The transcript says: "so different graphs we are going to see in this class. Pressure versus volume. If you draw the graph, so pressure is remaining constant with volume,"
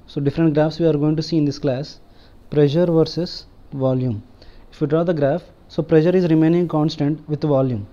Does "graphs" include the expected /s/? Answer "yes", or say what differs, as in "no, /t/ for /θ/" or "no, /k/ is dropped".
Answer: yes